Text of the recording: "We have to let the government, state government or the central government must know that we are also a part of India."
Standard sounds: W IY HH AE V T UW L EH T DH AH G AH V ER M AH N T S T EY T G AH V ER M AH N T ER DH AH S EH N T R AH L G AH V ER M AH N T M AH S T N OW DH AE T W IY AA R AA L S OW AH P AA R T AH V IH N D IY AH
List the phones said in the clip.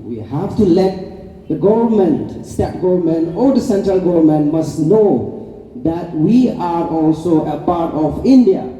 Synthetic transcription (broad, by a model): W IY HH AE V T UW L EH T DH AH G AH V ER M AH N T S T EY T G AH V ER M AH N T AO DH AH S EH N T R AH L G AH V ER M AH N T M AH S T N OW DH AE T W IY AA R AA L S OW AH P AA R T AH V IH N D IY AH